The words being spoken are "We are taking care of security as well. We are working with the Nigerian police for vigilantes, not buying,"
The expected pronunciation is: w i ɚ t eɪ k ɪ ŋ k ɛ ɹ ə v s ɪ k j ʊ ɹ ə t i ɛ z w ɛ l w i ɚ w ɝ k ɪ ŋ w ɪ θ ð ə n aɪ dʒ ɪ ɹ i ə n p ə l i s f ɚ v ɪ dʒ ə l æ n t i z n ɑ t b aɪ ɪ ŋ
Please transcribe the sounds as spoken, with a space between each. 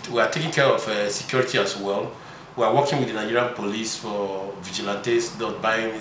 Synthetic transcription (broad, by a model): w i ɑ t eɪ k ɪ ŋ k ɛ ɹ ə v s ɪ k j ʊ ɹ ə t i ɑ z w ɛ l w i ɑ w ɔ k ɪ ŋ w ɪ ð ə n aɪ dʒ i ɹ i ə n p ə l i s f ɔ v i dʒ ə l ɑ n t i s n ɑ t b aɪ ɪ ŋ